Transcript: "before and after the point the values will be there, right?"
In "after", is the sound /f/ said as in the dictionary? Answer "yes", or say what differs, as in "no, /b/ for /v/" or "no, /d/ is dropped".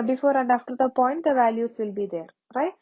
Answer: yes